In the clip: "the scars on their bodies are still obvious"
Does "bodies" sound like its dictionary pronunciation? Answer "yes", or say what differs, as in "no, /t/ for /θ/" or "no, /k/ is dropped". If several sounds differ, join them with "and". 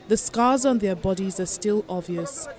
yes